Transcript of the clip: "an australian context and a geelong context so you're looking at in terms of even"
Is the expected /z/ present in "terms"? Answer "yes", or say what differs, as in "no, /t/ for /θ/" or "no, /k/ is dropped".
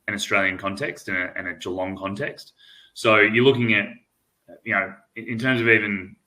yes